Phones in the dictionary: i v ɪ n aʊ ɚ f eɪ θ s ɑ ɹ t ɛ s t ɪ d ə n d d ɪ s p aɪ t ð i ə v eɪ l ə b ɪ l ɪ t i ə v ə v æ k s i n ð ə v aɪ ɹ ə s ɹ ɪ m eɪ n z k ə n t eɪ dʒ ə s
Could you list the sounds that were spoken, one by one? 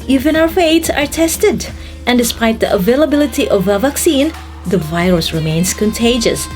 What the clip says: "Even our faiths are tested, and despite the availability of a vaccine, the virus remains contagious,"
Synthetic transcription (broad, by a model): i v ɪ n aʊ ɚ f eɪ t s ɑ ɹ t ɛ s t ɪ d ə n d d ɪ s p aɪ t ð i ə v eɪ l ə b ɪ l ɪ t i ə v ə v æ k s i n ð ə v aɪ ɹ ə s ɹ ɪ m eɪ n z k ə n t eɪ dʒ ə s